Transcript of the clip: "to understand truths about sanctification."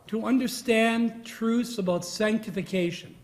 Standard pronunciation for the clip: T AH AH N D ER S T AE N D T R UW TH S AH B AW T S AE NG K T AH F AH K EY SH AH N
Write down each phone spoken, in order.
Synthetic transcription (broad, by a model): T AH AH N D ER S T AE N T R UW TH S AH B AW T S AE NG K T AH F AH K EY SH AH N